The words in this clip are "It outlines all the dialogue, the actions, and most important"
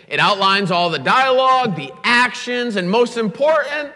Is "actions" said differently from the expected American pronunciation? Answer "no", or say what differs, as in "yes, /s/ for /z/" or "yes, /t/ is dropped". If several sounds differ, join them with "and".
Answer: no